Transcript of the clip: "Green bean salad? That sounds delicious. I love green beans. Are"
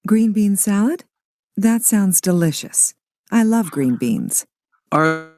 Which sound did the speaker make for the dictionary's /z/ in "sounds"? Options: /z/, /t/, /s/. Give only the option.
/z/